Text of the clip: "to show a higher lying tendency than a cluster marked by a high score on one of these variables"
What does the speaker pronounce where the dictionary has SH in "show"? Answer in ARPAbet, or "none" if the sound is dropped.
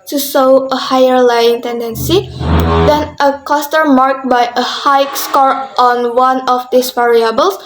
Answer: S